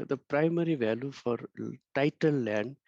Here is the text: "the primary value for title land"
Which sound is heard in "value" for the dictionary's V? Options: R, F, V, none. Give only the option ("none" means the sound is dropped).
V